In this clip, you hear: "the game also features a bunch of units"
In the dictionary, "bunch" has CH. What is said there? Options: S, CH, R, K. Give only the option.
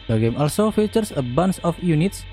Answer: S